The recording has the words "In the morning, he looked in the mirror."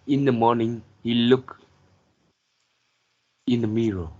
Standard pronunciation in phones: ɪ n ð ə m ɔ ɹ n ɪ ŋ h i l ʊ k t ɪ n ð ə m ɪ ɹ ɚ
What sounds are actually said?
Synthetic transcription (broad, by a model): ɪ n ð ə m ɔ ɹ n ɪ ŋ h i l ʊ k ɪ n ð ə m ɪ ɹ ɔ